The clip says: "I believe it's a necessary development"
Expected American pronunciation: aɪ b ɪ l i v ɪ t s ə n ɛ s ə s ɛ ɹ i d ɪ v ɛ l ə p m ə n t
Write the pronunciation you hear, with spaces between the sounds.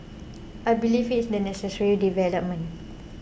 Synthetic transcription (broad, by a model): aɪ b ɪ l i f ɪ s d ə n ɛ s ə s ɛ ɹ i d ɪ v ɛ l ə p m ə n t